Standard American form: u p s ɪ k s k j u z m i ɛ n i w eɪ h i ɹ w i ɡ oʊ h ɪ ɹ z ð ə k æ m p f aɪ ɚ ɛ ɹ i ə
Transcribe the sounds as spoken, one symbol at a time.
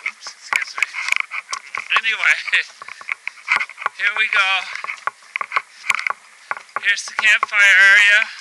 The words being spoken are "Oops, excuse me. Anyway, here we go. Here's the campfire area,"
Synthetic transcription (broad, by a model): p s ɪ s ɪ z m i ɛ n i w eɪ h i ɹ w i ɡ oʊ h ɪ ɹ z ð ə k æ m p f aɪ ɚ ɛ ɹ i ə